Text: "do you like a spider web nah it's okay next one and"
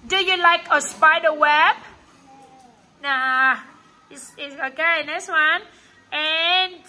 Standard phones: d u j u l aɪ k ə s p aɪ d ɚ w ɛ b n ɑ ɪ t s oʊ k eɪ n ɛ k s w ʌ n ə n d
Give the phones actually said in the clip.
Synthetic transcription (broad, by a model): d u j u l aɪ k ə s p aɪ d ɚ w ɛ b n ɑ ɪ s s oʊ k eɪ n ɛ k s w ʌ n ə n